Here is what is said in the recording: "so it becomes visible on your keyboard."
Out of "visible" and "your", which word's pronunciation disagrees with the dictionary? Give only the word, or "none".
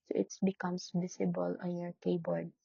visible